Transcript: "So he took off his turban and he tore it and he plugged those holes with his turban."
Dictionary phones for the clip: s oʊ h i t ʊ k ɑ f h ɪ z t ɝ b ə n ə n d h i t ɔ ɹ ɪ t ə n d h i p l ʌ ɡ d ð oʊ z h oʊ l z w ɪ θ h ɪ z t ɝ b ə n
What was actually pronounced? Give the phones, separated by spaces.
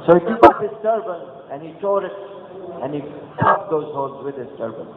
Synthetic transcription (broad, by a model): s oʊ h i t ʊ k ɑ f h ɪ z t ɝ b ə n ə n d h i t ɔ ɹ ɪ t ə n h i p ʌ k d oʊ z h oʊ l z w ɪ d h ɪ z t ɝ b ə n